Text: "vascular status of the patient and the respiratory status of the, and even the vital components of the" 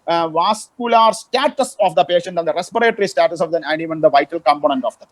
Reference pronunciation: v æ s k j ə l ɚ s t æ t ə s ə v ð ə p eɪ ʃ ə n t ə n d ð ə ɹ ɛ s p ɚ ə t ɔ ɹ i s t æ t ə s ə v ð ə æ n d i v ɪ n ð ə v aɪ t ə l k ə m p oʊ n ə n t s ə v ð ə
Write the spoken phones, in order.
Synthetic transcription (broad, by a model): v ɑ s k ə l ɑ s t æ t ə s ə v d ə p eɪ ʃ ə n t ə n d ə ɹ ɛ s p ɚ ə t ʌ ɹ i s t æ t ə s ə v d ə æ n d i v ɪ n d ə v aɪ t ə l k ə m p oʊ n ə n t ə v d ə